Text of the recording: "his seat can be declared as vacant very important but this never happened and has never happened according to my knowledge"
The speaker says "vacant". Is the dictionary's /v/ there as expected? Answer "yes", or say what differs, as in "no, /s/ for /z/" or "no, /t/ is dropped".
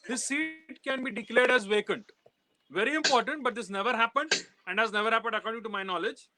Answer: yes